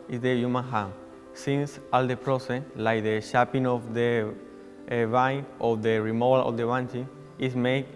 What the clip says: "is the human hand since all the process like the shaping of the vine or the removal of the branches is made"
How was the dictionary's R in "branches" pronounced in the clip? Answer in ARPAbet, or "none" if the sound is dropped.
none